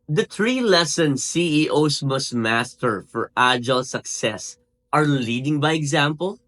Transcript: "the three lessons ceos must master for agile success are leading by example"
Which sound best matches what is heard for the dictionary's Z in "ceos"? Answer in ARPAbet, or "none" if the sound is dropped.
S